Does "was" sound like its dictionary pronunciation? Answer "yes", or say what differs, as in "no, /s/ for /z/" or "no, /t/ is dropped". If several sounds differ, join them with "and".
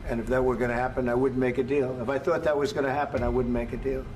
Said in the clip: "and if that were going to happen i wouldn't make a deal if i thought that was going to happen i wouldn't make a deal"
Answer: yes